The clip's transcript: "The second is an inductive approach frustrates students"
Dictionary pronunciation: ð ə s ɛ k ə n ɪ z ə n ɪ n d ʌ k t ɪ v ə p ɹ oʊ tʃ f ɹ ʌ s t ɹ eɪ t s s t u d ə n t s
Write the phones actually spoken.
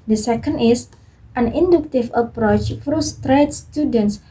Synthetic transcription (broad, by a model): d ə s ɛ k ə n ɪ s ə n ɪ n d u k t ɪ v ə p ɹ oʊ tʃ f ɹ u s t ɹ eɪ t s s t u d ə n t s